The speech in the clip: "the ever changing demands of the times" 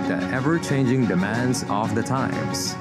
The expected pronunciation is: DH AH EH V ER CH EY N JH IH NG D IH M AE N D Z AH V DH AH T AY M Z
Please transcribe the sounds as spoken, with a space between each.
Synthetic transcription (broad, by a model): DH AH EH V ER CH EY N JH IH NG D IH M AE N D Z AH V DH AH T AY M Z